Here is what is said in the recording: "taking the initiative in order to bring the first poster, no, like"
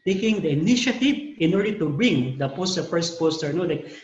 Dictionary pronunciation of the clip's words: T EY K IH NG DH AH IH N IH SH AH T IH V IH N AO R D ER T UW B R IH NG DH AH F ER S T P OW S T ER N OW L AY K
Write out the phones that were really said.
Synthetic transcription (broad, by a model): T EY K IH NG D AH IH N IH SH AH T IH V IH N AO R D ER T UW B R IH NG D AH P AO S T P OW S T ER N OW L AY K